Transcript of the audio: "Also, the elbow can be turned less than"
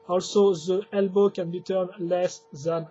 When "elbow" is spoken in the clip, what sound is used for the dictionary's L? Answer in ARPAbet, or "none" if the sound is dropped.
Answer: L